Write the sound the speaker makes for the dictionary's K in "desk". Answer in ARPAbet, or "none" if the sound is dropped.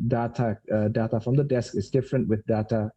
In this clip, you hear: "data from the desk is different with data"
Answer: K